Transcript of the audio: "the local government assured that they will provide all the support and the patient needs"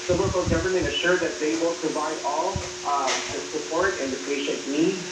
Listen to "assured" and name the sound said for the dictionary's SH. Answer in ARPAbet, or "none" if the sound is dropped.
SH